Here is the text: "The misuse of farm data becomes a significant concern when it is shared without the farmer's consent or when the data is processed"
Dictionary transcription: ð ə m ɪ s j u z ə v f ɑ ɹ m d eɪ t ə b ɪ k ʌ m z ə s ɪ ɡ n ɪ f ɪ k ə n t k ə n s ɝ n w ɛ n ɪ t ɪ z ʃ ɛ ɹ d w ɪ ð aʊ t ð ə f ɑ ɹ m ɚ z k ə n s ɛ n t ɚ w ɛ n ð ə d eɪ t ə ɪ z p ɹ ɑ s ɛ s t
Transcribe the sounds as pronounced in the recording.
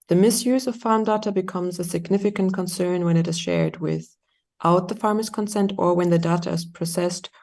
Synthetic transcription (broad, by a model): ð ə m ɪ s j u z ə v f ɑ ɹ m d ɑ t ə b ɪ k ʌ m z ə s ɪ ɡ n ɪ f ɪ k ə n k ə n s ɝ n w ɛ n ɪ t ɪ z ʃ ɛ ɹ d w ɪ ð aʊ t ð ə f ɑ ɹ m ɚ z k ə n s ɛ n t ɚ w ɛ n ð ə d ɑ t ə ɪ z p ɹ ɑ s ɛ s t